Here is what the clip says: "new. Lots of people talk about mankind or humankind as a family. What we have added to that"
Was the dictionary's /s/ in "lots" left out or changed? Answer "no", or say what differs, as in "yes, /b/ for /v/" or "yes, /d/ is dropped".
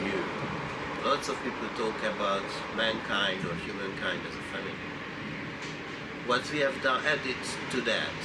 no